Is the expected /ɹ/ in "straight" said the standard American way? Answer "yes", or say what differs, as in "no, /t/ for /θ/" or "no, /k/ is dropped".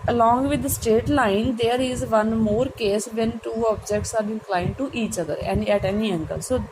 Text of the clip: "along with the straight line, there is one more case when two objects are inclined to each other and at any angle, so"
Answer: no, /ɹ/ is dropped